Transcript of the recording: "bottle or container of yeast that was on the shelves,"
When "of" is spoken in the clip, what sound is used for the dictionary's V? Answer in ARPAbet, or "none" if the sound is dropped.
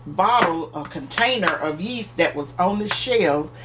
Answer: V